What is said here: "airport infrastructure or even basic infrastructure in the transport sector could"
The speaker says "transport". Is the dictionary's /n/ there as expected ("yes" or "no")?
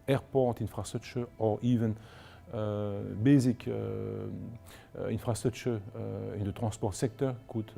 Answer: no